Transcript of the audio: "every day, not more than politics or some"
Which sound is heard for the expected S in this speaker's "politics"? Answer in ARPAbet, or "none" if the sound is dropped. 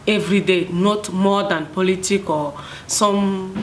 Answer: none